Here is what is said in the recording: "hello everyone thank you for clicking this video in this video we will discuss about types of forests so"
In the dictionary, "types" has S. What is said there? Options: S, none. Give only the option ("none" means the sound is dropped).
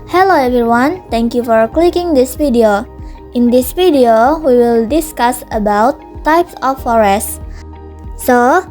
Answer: S